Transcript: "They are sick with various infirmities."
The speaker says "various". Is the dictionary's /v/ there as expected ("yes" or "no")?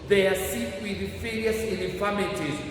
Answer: no